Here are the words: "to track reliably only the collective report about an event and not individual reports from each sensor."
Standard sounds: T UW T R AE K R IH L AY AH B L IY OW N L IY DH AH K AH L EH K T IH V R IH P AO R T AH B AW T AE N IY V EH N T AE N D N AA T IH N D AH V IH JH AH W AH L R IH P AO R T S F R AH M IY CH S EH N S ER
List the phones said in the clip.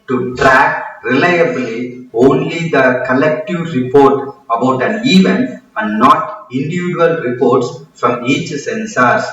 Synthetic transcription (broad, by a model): T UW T R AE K R IH L AY AH B L IY OW N L IY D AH K AH L EH K T IH V R IH P AO R T AH B AW T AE N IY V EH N AE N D N AA T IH N D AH V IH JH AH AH L R IH P AO R T S F R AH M IY CH S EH N S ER